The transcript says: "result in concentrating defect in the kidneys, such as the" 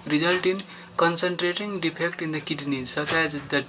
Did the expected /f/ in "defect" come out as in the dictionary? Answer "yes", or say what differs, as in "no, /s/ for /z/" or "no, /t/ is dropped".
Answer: no, /p/ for /f/